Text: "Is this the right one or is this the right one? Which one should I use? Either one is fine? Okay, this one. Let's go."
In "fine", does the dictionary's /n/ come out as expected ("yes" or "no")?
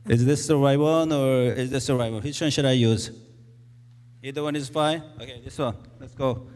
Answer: no